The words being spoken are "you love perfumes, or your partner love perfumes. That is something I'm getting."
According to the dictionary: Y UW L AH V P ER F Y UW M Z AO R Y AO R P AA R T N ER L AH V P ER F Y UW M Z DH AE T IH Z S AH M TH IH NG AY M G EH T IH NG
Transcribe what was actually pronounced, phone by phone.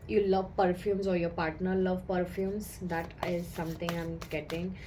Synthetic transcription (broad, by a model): Y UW L AH V P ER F Y UW M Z AO R Y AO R P AA R T N ER L AH V P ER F Y UW M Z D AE T IH Z S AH M T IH NG AY M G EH T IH NG